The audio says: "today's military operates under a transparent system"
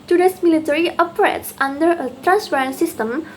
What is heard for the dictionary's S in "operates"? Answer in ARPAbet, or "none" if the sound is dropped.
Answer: S